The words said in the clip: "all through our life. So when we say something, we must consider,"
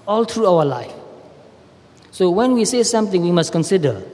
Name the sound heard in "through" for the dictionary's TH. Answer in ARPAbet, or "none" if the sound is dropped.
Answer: T